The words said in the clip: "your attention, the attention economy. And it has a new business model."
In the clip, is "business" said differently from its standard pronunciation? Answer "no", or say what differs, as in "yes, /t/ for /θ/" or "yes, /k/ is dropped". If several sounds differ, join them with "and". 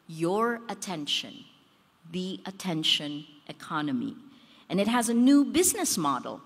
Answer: no